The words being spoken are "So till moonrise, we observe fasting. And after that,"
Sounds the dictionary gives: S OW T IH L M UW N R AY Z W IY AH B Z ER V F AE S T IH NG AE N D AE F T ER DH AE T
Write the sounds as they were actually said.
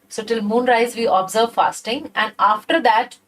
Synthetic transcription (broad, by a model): S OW T IH L M UW N R AY Z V IY AH B Z ER V F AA S T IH NG AE N D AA F T ER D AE T